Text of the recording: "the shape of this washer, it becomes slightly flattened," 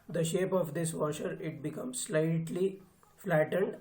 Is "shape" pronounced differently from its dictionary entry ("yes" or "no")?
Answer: no